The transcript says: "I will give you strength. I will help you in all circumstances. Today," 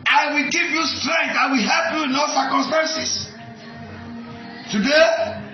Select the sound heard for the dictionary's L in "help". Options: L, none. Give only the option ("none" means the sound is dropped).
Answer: L